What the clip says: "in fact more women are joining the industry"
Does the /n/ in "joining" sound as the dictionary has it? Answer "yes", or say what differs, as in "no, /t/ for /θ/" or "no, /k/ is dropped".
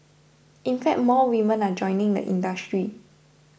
yes